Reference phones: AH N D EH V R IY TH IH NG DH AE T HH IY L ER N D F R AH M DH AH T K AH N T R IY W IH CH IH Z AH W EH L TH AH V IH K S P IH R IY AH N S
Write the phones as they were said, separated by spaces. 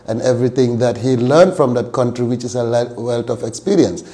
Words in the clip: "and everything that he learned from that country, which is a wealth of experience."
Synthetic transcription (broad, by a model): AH N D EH V R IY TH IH NG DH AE T HH IY L ER N D F R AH M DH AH T K AH N T R IY W IH CH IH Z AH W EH L T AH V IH K S P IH R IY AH N S